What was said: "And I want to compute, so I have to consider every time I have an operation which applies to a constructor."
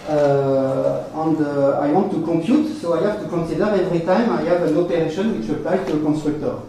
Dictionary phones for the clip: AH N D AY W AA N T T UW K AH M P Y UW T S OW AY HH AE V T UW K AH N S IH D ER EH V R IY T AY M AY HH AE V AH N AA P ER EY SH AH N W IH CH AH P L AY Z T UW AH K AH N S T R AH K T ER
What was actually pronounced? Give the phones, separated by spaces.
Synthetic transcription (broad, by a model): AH N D AY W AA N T T UW K AH M P Y UW T S OW AY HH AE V T UW K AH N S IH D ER EH V R IY T AY M AY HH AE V AH N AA P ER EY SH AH N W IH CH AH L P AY T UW AH K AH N S T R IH K T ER